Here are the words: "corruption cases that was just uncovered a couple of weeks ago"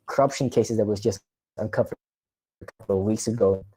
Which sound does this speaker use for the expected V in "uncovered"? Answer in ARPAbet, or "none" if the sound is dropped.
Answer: F